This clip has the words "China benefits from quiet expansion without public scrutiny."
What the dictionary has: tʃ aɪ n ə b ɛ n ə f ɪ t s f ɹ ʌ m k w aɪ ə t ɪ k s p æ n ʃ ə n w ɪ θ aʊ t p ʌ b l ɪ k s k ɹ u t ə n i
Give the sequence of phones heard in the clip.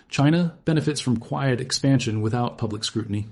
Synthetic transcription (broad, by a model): tʃ aɪ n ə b ɛ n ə f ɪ t s f ɹ ʌ m k w aɪ ə t ɪ k s p æ n ʃ ə n w ɪ θ aʊ t p ʌ b l ɪ k s k ɹ u t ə n i